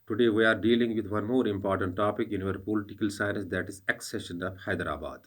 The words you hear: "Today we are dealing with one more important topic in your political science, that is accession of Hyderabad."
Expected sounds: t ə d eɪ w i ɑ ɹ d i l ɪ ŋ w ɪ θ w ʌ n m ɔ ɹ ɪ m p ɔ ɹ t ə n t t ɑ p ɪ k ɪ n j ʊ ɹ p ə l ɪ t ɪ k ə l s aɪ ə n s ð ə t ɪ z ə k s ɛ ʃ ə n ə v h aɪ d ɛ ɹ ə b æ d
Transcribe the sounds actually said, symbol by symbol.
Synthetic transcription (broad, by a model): t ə d eɪ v i ɑ ɹ d i l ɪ ŋ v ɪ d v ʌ n m ɔ ɹ ɪ m p ɔ ɹ t ə n t t ɑ p ɪ k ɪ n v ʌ ɹ p ə l ɪ t ɪ k ə l s aɪ ə n s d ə t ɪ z ə k s ɛ ʃ ə n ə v h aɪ d ɹ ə b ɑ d